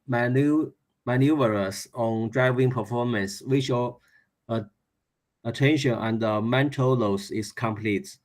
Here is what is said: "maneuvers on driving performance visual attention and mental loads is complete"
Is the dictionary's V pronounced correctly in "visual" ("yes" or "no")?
no